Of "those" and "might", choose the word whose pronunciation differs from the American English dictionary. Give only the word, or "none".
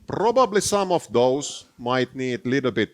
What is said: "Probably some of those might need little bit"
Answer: those